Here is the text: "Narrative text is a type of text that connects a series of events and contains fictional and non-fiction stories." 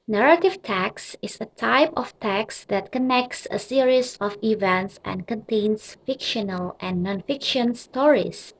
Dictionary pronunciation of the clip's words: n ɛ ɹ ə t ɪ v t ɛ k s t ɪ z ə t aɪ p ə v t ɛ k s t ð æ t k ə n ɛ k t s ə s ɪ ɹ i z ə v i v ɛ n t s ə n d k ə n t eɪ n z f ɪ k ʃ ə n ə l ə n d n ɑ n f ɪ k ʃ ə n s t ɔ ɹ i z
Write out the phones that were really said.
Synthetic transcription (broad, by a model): n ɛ ɹ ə t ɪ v t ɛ k s ɪ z ə t aɪ p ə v t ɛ k s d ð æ t k ə n ɛ k t s ə s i ɹ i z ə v i v ɛ n t s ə n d k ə n t eɪ n s f ɪ k ʃ ə n ə l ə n n ɑ n f ɪ k ʃ ə n s t ɔ ɹ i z